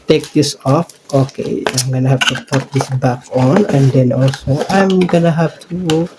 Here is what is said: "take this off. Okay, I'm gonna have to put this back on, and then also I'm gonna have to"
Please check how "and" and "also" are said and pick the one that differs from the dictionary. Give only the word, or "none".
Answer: none